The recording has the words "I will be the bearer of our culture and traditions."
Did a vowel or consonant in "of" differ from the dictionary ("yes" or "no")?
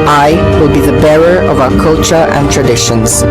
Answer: no